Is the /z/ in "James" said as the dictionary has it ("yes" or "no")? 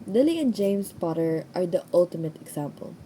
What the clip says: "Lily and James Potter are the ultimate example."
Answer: no